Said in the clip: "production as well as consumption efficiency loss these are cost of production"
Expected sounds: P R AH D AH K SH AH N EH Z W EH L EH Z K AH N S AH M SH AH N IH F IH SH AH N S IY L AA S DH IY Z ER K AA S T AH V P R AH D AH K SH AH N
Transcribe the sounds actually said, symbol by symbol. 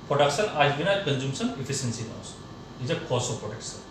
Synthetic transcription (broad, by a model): P R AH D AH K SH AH N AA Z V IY N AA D K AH N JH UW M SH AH N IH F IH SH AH N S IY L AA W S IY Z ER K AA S AH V P R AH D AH K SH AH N